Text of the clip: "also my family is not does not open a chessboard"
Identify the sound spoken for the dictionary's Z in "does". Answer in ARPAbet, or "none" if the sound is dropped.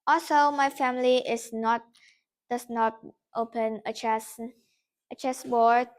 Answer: S